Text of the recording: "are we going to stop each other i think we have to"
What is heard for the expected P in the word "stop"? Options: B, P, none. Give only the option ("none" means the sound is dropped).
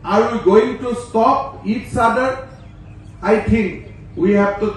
P